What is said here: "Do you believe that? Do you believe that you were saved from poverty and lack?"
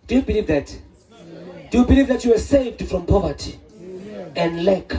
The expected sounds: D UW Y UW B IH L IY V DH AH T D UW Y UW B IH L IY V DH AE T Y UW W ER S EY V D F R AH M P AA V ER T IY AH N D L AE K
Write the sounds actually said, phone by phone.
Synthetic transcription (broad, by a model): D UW Y UW B IH L IY V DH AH T D UW Y UW B IH L IY V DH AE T Y UW W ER S EY V D F R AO M P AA V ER T IY AH N D L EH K